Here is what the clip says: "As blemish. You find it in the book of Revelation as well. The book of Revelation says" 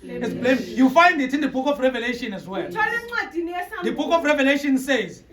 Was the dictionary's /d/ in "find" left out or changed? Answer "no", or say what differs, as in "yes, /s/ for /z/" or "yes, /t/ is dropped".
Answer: no